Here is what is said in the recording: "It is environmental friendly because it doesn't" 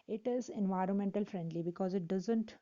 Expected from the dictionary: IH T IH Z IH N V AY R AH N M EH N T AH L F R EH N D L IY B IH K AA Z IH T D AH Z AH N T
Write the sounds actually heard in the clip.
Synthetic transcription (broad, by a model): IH T IH Z IH N V AY R AH N M EH N T AH L F R EH N D L IY B IH K AA Z IH T D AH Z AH N T